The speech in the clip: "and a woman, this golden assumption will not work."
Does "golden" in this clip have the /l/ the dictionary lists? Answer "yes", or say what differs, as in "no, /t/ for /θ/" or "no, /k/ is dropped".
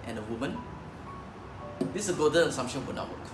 no, /l/ is dropped